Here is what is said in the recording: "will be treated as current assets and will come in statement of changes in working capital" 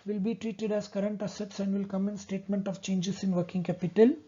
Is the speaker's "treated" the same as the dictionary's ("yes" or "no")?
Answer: yes